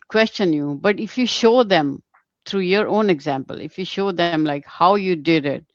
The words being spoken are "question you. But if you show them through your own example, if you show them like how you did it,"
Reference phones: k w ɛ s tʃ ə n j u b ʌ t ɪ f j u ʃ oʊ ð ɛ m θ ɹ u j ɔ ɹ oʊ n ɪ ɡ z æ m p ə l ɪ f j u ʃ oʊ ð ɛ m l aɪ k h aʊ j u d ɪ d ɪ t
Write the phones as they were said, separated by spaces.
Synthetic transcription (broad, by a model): k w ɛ s tʃ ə n j u b ʌ t ɪ f j u ʃ oʊ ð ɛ m t ɹ u j ɔ ɹ oʊ n ɪ ɡ z æ m p ə l ɪ f j u ʃ oʊ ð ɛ m l aɪ k h aʊ j u d ɪ d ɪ t